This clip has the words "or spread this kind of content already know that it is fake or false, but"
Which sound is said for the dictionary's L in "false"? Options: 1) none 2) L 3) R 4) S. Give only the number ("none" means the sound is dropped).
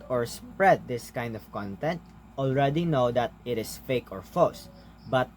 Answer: 1